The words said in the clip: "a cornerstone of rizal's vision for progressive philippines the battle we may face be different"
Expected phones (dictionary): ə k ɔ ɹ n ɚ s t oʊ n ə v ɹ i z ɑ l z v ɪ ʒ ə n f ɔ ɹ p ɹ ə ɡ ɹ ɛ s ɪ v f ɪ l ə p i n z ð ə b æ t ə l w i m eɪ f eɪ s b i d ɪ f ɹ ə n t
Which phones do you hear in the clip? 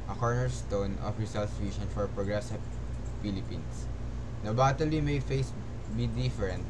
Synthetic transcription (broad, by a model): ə k ɔ ɹ n ɚ s t oʊ n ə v ɹ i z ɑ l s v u s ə n f ɔ ɹ p ɹ ə ɡ ɹ ɛ s ɪ v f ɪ l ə p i n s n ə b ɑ t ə l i m eɪ f eɪ s b i d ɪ f ɹ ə n t